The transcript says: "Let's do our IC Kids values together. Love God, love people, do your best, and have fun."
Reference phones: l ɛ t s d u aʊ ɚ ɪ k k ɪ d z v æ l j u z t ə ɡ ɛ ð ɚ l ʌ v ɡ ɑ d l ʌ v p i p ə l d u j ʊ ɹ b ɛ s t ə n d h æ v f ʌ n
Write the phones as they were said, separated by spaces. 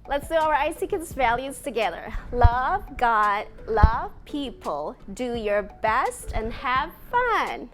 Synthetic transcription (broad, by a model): l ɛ t s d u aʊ ɚ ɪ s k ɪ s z v æ l j u z t ə ɡ ɛ ð ɚ l ʌ v ɡ ɑ d l ʌ v p i p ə l d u j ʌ ɹ b ɛ s t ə n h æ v f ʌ n